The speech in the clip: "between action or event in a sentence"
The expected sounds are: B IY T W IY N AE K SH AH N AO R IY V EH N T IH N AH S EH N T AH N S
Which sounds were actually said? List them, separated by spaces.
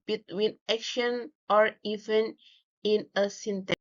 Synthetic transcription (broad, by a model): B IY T W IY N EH K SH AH N AO R IY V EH N IH N AH S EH N T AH